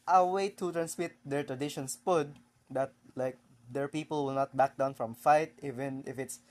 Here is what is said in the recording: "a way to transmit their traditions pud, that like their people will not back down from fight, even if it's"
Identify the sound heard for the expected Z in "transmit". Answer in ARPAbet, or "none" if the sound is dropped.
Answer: S